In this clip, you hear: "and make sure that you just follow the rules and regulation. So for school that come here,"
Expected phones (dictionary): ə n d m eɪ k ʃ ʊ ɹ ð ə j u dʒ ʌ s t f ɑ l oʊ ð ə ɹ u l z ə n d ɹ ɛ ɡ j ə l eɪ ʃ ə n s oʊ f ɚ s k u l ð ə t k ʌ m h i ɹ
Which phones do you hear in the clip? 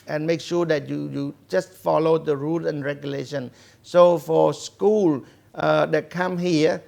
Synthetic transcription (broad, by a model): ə n m eɪ k ʃ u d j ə j u dʒ ʌ s t f ɑ l oʊ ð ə ɹ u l ə n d ɹ ɛ ɡ j ə l eɪ ʃ ə n s oʊ f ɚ s k u l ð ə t k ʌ m h i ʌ